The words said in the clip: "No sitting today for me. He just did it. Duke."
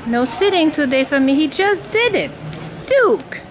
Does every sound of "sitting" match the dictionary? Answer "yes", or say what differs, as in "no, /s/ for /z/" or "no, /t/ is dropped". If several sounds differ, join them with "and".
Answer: yes